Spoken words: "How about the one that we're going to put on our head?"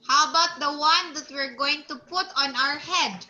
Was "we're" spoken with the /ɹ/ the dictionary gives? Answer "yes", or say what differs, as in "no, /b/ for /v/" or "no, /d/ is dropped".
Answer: yes